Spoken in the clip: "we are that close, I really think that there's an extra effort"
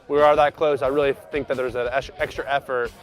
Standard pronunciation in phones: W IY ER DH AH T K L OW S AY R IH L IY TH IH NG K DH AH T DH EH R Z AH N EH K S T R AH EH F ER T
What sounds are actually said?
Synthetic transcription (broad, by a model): W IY ER DH AH T K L OW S AY R IH L IY TH IH NG K DH AH T DH EH R Z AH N EH K S T R AH EH F ER T